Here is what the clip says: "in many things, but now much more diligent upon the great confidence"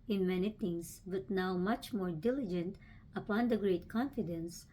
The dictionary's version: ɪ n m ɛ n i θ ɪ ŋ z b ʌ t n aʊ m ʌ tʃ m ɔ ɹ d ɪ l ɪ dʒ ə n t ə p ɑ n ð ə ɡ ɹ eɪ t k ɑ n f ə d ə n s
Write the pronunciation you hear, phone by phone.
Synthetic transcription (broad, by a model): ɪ n m ɛ n i t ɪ ŋ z b ʌ t n aʊ m ʌ tʃ m ɔ ɹ d ɪ l ɪ dʒ ə n t ə p ɑ n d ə ɡ ɹ eɪ t k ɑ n f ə d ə n s